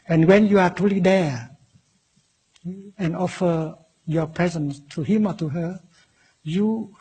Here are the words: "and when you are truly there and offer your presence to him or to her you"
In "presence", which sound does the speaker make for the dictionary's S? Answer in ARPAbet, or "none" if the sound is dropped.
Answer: S